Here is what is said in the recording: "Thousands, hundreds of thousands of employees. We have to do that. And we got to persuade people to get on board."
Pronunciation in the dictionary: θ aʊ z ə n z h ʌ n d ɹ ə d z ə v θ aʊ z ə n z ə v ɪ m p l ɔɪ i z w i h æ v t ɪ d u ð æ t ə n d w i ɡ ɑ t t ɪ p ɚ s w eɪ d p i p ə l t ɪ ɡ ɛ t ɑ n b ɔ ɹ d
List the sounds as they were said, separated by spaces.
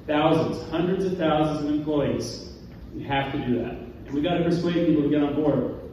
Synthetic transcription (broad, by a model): θ aʊ z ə n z h ʌ n d ɹ ə d z ə v θ aʊ z ə n z ə v ɪ m p l ɔɪ i z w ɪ h æ f t ɪ d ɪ ð æ t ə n w i ɡ ɑ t t ɪ p ɚ s w eɪ d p i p l t ɪ ɡ ɛ t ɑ n b ɔ ɹ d